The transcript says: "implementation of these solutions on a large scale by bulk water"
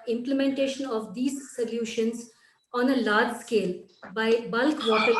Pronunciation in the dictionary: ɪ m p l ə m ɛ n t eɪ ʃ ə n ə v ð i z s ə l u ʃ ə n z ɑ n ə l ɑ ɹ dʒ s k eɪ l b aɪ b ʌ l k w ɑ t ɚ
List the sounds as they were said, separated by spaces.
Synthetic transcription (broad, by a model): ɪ m p l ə m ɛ n t eɪ ʃ ə n ə v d i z s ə l u ʃ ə n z ɑ n ə l ɑ ɹ dʒ s k eɪ l b aɪ b ʌ l k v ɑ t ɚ